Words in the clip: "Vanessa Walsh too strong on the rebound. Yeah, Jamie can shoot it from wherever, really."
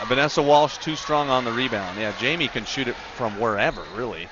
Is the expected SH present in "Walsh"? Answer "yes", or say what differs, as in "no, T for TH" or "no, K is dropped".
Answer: yes